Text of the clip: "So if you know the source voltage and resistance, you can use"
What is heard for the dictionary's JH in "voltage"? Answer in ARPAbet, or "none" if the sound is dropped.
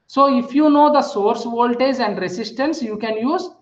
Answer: Z